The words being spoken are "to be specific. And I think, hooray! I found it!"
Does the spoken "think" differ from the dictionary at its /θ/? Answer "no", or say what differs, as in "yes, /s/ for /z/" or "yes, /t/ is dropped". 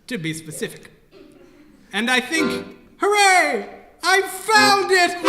no